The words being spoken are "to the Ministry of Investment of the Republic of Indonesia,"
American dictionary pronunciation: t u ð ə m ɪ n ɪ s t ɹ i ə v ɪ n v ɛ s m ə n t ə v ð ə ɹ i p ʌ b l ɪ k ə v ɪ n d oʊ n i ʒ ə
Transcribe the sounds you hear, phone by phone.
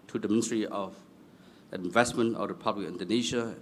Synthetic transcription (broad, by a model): t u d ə m ɪ n ɪ s t ɹ i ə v ɪ n v ɛ s m ə n t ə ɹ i p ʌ b l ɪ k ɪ n d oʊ n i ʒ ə